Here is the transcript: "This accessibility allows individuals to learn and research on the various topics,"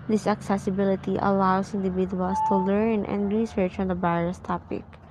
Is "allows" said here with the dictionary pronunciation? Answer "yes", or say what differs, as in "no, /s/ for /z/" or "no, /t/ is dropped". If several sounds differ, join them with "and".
no, /s/ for /z/